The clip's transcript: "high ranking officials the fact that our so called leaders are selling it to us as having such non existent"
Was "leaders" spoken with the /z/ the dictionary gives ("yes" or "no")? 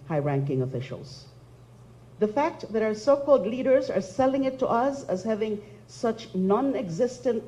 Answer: yes